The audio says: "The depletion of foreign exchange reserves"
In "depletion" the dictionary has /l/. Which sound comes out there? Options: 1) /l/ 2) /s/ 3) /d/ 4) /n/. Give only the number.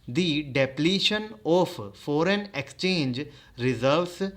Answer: 1